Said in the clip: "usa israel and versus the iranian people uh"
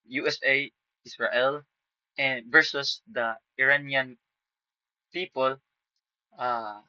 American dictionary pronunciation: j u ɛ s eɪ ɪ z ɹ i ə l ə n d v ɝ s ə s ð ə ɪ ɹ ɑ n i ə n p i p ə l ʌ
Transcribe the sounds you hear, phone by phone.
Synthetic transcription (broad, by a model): j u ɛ s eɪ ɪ s ɹ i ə l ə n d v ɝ s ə s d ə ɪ ɹ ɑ n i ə n p i p ə l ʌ